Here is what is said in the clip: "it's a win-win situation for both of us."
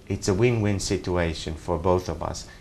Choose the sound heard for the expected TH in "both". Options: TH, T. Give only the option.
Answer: TH